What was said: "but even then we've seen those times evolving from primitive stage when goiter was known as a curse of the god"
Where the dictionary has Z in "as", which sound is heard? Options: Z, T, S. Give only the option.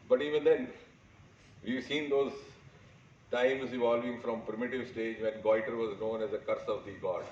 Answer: Z